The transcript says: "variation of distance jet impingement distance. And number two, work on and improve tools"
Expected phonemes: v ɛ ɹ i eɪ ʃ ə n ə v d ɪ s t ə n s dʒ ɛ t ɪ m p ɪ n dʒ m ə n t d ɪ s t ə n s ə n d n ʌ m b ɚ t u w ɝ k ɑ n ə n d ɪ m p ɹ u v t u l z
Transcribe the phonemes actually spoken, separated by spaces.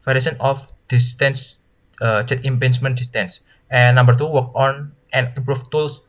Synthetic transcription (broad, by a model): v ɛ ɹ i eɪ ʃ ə n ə f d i s t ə n s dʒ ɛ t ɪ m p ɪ n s m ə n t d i s t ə n s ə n n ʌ m b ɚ t u w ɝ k ɑ n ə n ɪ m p ɹ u f t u l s